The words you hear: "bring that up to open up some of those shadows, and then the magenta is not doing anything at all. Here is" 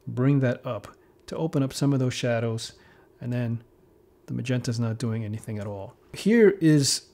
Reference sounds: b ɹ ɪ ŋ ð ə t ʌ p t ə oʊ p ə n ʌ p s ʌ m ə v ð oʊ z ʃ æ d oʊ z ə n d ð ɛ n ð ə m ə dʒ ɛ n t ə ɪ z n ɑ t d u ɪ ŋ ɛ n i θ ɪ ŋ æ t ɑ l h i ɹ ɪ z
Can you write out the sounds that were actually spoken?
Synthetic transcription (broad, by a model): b ɹ ɪ ŋ ð ə t ʌ p t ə oʊ p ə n ʌ p s ʌ m ə v ð oʊ z ʃ æ d oʊ z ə n ð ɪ n ð ə m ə dʒ ɛ n t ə ɪ z n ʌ t d u ɪ ŋ ɛ n i θ ɪ ŋ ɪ t ɑ l h i ɹ ɪ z